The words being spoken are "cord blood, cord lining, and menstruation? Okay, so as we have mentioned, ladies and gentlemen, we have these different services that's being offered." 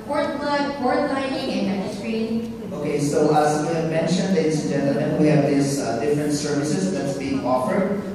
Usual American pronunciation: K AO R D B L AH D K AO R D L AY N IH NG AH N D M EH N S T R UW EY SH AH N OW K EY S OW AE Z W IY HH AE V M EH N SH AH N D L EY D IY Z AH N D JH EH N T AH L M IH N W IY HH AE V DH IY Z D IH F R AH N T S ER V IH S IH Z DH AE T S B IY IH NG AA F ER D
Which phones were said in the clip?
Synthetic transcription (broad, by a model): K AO R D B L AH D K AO R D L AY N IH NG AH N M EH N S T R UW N OW K EY S OW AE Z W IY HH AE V M EH N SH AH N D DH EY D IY AH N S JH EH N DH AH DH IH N W IY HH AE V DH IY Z D IH F R AH N T S ER V IH S IH Z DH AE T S B IY IH NG AA F ER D